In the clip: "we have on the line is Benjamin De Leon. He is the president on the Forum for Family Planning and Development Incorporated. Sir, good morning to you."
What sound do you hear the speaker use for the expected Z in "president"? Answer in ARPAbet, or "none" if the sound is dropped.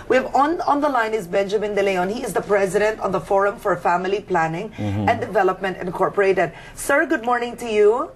Z